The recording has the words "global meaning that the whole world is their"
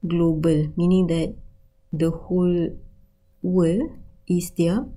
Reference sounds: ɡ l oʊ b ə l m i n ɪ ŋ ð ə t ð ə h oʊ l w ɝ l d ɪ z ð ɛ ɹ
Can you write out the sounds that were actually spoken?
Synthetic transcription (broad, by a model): ɡ l oʊ b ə l m i n ɪ ŋ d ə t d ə h oʊ l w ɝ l ɪ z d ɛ